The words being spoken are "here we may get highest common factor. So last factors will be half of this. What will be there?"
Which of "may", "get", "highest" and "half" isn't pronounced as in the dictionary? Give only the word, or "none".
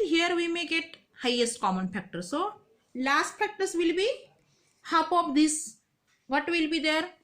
half